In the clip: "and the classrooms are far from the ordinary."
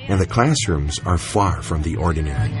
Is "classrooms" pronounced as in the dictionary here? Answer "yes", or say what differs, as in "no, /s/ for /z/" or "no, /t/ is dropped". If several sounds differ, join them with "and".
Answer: yes